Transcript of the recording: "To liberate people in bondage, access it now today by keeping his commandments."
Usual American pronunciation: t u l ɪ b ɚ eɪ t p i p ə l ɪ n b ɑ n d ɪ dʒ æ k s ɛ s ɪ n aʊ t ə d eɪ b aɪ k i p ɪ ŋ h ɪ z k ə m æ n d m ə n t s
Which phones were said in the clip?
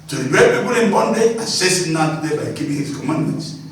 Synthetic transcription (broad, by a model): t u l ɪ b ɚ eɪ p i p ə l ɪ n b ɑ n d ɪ ɑ s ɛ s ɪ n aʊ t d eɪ b aɪ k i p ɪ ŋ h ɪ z k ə m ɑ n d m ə n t s